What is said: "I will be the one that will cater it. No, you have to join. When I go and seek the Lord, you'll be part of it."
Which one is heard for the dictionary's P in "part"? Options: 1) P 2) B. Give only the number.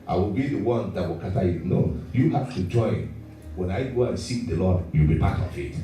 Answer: 2